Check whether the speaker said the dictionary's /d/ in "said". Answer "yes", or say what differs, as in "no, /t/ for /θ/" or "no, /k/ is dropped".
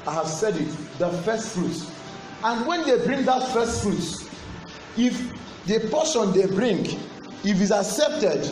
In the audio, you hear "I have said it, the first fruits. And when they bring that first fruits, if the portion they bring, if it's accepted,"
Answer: yes